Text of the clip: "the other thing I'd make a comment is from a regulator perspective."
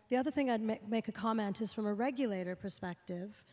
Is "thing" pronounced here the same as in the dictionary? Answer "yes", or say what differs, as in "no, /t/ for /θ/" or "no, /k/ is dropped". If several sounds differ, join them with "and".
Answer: yes